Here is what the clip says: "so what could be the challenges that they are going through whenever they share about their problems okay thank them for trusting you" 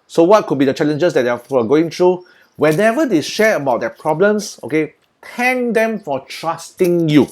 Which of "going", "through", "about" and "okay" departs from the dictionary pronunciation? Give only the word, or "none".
through